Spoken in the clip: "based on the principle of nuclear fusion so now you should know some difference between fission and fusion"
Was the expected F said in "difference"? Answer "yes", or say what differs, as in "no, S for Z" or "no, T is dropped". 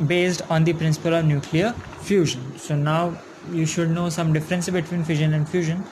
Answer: yes